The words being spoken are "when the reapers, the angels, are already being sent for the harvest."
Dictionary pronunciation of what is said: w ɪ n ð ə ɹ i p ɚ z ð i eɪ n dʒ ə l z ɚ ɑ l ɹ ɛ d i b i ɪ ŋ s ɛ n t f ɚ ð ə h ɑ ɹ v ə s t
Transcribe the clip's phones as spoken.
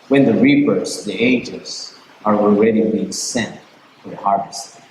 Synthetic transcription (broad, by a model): w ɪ n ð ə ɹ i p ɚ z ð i eɪ dʒ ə z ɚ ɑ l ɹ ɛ d i b i ɪ ŋ s ɛ n t f ɚ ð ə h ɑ ɹ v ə s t